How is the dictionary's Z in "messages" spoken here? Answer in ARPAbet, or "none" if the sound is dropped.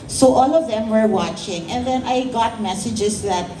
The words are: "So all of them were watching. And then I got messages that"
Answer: S